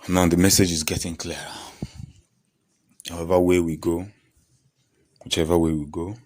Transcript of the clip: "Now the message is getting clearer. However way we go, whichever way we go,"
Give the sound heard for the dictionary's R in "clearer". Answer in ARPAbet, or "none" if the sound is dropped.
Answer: none